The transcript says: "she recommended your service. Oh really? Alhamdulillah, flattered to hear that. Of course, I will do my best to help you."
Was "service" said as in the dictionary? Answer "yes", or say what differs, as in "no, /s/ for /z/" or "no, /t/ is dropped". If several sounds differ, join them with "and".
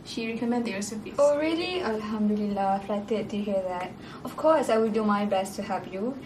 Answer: no, /p/ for /v/